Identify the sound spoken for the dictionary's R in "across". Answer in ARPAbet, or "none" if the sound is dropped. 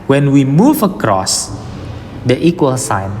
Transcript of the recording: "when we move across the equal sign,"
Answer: R